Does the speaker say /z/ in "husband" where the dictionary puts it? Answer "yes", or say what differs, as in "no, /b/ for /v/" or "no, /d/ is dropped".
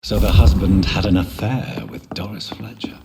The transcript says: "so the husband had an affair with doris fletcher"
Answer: yes